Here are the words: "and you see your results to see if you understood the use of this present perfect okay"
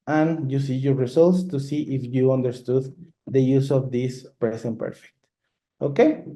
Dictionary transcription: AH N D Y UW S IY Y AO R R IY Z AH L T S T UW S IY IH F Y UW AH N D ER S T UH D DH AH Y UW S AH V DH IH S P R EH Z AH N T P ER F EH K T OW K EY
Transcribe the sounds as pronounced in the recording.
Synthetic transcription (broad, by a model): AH N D Y UW S IY Y AO R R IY S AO L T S T UW S IY IH F Y UW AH N D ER S T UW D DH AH Y UW S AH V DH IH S P R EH S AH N P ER F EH K T OW K EY